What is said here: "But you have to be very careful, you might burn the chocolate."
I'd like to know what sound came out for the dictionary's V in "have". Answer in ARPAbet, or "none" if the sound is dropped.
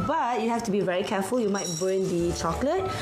F